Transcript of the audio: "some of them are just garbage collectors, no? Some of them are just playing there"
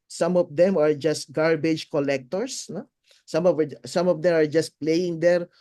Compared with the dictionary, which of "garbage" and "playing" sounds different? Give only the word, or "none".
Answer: none